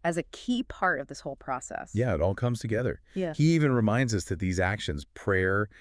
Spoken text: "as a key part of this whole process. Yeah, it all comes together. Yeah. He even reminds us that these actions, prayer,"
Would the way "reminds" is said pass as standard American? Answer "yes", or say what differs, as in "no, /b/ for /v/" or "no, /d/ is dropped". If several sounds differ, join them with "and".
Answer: yes